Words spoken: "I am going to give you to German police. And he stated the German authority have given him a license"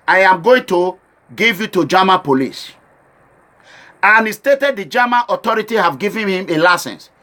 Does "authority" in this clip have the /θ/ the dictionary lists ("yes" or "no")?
no